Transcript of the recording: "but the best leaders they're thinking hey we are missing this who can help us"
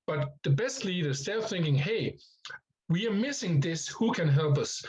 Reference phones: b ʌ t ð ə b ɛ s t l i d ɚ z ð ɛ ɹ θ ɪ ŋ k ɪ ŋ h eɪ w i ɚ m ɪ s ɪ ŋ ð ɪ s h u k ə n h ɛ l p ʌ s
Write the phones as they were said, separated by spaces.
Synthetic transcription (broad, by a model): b ʌ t ð ə b ɛ s t l i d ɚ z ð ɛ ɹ θ ɪ ŋ k ɪ ŋ h eɪ w i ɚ m ɪ s ɪ ŋ ð ɪ s h u k ə n h ɛ l p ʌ s